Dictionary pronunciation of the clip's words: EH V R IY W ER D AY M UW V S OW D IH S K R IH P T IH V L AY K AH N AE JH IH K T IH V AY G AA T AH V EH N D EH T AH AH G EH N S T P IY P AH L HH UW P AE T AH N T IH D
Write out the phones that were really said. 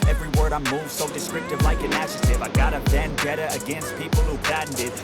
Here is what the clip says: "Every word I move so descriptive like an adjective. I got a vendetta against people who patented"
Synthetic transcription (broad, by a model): EH V R IY W ER D AY M UW V S OW D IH S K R IH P T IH V L AY K AH N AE SH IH T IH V AY G AA T AH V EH N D EH T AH AH G EH N S T P IY P L HH UW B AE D N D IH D